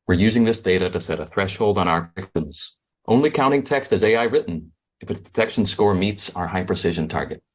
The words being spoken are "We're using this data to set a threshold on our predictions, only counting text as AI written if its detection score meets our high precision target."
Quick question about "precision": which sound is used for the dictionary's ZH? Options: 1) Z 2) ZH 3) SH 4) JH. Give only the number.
2